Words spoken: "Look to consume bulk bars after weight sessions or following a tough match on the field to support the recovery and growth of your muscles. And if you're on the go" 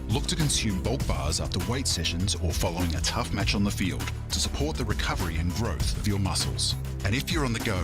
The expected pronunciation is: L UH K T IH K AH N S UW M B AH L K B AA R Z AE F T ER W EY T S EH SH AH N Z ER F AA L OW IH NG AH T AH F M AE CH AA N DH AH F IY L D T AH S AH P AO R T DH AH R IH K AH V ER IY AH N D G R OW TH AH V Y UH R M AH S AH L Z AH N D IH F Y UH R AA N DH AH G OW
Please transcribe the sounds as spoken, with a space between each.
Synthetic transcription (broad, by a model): L UH K T IH K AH N S UW M B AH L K B AA R Z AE F T ER W EY T S EH SH AH N Z ER F AA L OW IH NG AH T AH F M AE CH N DH AH F IY L D T AH S AH P AO R T DH AH R IH K AH V ER IY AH N G R OW TH AH V Y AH R M AH S L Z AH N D IH F Y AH R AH N DH AH G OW